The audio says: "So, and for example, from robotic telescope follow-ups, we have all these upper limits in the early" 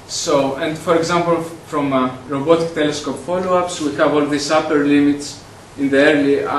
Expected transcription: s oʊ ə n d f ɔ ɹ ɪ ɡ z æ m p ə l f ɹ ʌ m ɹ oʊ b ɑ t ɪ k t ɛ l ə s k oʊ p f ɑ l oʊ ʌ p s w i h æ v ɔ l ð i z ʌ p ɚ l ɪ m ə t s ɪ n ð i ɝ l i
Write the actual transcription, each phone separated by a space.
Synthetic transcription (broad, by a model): s oʊ ə n d f ɔ ɹ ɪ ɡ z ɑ m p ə l f ɹ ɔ m ɹ oʊ b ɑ t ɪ k t ɛ l ə s k oʊ p f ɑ l oʊ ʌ p s w i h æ v ɔ l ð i s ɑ p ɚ l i m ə t s ɪ n ð i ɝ l i